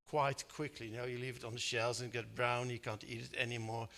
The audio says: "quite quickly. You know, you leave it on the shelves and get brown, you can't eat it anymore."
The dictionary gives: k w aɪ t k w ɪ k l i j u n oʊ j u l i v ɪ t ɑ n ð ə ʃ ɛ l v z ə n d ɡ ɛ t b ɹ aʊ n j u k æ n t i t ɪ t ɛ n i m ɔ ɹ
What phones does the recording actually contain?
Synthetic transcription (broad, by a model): k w aɪ t k w ɪ k l i n oʊ j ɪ l i v ɪ t n ð ə ʃ ɛ l z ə n ɡ ɛ t b ɹ aʊ n j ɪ k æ n t i t ɪ t ɛ n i m ɔ ɹ